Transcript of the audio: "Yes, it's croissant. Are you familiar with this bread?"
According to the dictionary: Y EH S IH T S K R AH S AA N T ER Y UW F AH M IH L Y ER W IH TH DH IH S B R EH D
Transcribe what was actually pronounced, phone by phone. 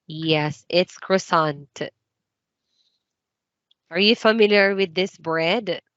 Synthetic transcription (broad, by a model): Y EH S IH T S K R AH S AA N T ER Y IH F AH M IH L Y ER W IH DH IH S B R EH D